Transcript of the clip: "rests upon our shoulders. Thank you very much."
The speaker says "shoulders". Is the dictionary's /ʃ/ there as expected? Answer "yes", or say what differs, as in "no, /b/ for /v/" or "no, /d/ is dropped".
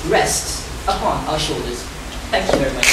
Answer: yes